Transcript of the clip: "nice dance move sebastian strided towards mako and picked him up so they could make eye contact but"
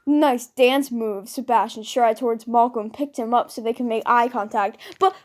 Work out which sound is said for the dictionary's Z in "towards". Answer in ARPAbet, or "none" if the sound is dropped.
Z